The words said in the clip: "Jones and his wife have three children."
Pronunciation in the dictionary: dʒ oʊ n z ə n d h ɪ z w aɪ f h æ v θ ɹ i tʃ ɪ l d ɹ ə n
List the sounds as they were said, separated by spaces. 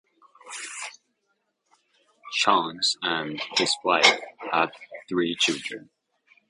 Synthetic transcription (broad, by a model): ʃ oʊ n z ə n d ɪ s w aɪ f h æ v θ ɹ i tʃ ɪ l d ɹ ə n